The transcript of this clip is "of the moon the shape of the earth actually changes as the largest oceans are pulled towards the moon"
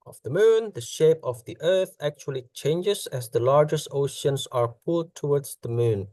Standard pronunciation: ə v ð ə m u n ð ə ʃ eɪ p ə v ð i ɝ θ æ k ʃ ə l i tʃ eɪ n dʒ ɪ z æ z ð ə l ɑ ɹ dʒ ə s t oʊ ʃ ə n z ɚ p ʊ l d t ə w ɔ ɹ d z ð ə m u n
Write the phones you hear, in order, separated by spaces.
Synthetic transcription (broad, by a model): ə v ð ə m u n ð ə ʃ eɪ p ə v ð i ɝ θ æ k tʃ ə l i tʃ eɪ n dʒ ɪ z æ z ð ə l ɑ ɹ dʒ ə s t oʊ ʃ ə n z ɚ p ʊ l d t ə w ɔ ɹ d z ð ə m u n